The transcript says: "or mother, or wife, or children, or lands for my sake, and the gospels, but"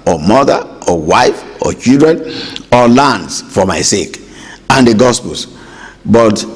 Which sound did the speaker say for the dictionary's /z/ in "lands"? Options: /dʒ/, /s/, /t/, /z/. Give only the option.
/s/